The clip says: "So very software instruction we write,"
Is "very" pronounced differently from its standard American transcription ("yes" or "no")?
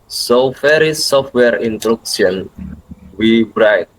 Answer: yes